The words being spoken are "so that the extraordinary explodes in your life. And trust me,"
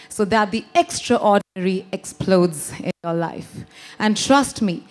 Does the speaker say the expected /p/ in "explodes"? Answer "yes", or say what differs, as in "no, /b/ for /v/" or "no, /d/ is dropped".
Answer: yes